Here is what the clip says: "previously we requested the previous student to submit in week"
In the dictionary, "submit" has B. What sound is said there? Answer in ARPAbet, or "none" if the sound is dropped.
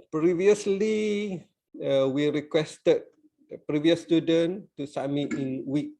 none